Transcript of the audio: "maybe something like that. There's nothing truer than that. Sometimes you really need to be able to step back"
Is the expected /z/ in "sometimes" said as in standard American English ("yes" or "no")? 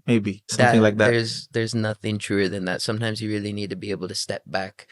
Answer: yes